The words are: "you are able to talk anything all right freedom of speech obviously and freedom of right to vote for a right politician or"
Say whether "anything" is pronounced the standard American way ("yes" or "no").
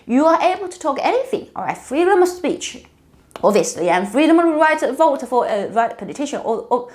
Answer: yes